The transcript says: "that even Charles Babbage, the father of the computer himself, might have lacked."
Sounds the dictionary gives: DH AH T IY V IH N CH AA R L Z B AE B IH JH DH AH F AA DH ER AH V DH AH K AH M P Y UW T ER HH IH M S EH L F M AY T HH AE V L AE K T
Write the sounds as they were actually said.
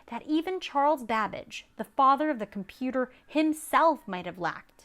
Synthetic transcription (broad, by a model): DH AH T IY V IH N CH AA R L Z B AE B IH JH DH AH F AA DH ER AH V DH AH K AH M P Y UW T ER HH IH M S EH L F M AY T HH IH V L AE K T